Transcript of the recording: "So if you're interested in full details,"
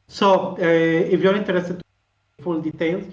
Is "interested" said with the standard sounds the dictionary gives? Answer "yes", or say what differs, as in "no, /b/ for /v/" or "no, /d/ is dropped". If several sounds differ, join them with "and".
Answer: no, /ɹ/ is dropped and /s/ is dropped